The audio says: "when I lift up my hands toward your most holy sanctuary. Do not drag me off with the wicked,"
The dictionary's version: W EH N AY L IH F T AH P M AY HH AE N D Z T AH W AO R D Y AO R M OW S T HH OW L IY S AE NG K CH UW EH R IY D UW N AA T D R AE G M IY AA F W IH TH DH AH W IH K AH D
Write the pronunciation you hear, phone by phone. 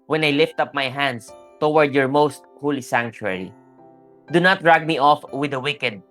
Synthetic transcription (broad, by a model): W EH N AY L IH F T AH P M AY HH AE N D S T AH W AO R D Y AO R M OW S T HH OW L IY S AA NG K CH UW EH R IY D UW N AA T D R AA G M IY AA F W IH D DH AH W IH K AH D